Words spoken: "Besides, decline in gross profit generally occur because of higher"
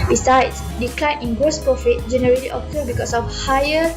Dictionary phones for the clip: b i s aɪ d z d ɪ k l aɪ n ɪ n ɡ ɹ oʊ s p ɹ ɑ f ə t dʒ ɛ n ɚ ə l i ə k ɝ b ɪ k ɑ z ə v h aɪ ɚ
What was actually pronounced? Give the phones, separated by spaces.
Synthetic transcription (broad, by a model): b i s aɪ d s d ɪ k l aɪ n ɪ n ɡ oʊ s p ɹ ɑ f ə t dʒ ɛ n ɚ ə l i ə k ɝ b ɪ k ɑ s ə f h aɪ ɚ